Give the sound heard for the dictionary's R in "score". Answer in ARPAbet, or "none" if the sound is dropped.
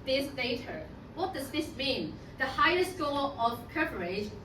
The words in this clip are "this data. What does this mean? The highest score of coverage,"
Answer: L